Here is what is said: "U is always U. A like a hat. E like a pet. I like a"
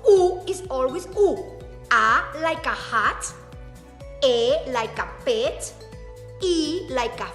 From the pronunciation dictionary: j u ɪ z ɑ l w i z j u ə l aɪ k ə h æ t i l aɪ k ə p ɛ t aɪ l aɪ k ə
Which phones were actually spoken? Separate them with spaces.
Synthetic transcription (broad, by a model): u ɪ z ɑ l w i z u ə l aɪ k ə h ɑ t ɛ l aɪ k ə p ɛ t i l aɪ k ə